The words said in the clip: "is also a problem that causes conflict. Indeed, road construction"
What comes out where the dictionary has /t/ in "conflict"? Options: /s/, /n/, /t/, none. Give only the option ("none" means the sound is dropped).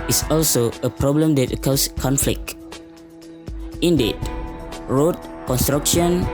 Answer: none